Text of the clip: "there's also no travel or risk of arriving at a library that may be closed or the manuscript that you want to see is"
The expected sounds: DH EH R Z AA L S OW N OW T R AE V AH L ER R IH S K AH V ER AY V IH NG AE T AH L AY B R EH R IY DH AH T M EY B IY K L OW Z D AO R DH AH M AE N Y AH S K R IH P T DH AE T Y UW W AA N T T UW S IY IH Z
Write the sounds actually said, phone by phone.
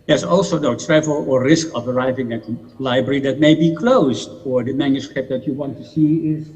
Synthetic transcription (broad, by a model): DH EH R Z AA L S OW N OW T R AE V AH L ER R IH S K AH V ER AY V IH NG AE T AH L AY B R EH R IY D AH T M EY B IY K L OW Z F AO R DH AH M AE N Y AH S K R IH P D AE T Y UW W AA N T T UW S IY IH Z